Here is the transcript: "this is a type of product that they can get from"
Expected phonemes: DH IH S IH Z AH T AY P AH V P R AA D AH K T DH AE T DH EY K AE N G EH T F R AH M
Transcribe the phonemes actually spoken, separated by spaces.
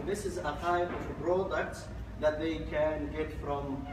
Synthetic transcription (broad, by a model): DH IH S IH Z AH T AY P AH V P R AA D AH K T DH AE T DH EY K AE N G EH T F R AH M